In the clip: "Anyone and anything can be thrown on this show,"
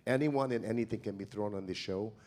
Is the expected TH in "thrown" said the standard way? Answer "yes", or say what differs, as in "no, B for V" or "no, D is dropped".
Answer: yes